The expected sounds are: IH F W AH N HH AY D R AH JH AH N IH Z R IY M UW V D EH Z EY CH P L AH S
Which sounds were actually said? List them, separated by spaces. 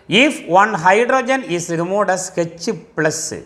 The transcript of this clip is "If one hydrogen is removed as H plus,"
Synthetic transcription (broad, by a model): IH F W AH N HH AY D R AH JH AH N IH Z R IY M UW D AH S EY CH P L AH S